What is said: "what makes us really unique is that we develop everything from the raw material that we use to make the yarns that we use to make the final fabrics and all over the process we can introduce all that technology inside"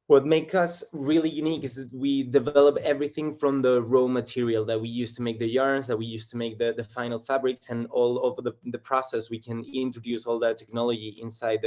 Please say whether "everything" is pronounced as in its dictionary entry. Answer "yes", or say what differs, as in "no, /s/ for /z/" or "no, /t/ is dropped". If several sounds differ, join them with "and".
yes